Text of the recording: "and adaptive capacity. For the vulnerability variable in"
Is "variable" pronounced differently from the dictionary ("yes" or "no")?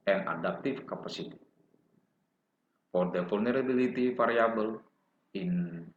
yes